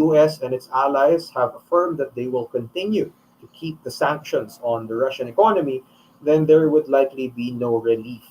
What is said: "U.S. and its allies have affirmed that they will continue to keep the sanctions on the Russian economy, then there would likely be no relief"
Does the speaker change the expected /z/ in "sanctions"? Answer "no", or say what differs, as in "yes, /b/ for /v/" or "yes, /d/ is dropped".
yes, /s/ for /z/